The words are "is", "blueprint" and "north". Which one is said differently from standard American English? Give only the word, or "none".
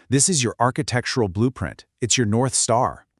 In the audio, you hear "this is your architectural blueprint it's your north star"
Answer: none